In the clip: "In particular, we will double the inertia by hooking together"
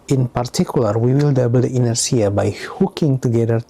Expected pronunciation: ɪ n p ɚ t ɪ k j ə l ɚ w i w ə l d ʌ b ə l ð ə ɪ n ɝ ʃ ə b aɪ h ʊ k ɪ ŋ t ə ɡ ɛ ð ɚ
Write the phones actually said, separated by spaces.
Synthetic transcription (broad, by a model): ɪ n p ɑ t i k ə l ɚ w i w ə l d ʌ b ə l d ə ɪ n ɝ s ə b aɪ h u k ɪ ŋ t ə ɡ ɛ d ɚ